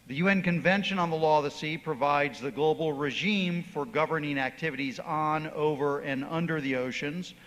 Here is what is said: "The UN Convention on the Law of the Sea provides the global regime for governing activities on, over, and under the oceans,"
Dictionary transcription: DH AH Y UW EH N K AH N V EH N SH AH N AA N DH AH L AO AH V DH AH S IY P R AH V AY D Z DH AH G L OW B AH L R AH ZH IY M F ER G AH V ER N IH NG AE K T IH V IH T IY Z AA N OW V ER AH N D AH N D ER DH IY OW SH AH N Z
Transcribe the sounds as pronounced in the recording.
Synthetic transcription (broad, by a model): DH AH Y UW EH N K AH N V EH N SH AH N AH N DH AH L AO AH V DH AH S IY P R AH V AY D Z DH AH G L OW B L R AH ZH IY M F ER G AH V ER N IH NG AE K T IH V IH T IY Z N OW V ER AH N AH N D ER DH IY OW SH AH N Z